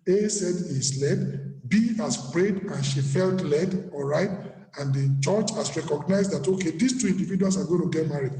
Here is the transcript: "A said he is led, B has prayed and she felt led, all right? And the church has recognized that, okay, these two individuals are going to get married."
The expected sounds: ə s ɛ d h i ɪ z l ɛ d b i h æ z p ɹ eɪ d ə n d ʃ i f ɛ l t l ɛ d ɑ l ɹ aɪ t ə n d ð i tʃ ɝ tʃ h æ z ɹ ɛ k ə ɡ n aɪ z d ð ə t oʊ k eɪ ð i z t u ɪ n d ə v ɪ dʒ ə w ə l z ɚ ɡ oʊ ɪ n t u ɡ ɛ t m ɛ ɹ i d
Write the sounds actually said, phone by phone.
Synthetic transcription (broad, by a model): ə s ɛ d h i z l ɛ d b i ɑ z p ɹ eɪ d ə n ʃ i f ɛ l t l ɛ d ɑ l ɹ aɪ t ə n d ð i tʃ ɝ tʃ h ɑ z ɹ ɛ k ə ɡ n aɪ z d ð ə t oʊ k eɪ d i s t u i n d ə v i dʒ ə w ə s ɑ ɡ oʊ ɪ n t u ɡ ɛ t m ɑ ɹ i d